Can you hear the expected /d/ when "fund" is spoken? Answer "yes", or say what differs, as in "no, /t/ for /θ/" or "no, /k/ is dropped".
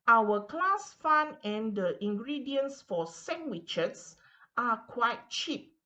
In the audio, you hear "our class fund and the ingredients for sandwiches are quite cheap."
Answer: no, /d/ is dropped